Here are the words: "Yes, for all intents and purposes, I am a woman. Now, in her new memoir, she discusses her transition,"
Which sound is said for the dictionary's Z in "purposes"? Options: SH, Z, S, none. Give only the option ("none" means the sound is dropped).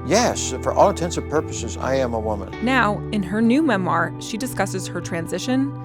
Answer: Z